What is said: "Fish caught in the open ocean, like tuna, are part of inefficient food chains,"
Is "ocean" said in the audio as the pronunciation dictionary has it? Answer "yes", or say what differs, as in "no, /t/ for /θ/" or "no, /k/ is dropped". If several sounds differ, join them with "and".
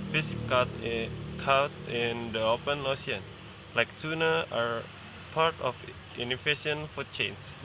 no, /s/ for /ʃ/